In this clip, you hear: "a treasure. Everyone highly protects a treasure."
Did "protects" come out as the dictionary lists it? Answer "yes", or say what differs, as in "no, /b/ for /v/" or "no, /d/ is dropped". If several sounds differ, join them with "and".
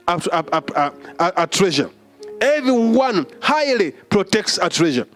yes